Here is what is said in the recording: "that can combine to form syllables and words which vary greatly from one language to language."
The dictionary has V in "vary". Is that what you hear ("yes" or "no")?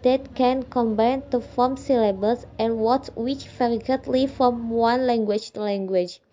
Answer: no